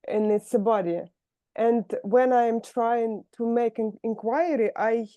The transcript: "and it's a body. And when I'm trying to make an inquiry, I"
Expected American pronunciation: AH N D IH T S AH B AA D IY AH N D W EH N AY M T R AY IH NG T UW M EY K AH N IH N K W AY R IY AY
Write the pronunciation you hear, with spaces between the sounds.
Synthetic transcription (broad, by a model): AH N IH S AH B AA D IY AH N D W EH N AY M T R AY IH NG T UW M EY AH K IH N K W AY R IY AY